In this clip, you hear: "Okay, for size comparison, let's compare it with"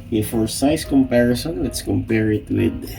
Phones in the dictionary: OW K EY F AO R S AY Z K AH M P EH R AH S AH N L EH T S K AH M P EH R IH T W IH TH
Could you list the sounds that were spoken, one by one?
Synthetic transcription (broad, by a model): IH F AO R S AY S K AH M P EH R AH S AH N L EH T S K AH M P EH R IH T W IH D